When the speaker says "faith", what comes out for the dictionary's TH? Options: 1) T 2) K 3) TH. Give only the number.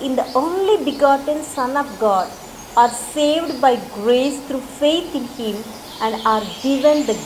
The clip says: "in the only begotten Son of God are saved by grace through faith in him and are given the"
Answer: 1